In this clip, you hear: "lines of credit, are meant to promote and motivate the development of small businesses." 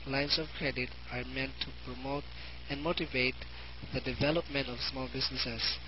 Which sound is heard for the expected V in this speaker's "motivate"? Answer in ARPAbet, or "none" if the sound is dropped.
V